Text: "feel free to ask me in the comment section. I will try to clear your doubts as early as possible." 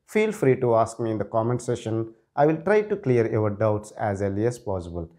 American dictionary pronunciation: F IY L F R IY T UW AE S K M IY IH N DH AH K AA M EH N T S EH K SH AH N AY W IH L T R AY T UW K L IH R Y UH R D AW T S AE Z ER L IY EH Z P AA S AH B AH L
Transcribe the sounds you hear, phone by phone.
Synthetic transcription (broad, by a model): F IY L F R IY T UW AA S K M IY IH N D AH K AA M EH N T S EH SH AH N AY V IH L T R AY T UW K L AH R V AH R D AW T S AE Z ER L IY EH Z P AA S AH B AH L